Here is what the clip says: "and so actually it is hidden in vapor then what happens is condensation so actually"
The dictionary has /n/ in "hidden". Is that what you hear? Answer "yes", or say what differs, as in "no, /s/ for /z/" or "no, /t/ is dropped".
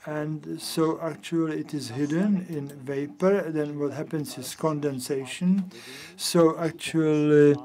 yes